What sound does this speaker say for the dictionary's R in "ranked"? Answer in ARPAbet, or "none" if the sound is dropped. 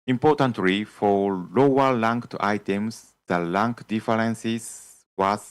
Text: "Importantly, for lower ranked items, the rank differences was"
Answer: L